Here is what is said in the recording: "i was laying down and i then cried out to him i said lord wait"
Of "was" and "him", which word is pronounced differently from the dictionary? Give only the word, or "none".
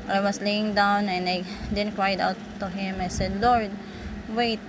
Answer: was